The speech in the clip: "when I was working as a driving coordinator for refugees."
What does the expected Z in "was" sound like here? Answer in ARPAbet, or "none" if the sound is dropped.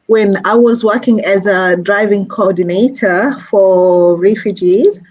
Z